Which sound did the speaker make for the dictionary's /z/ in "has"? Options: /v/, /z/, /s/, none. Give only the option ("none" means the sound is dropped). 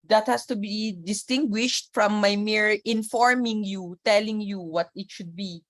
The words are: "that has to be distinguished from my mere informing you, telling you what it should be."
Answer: /s/